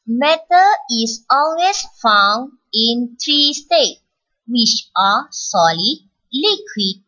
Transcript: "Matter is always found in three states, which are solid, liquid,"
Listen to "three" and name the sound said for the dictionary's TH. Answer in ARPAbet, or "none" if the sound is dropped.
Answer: T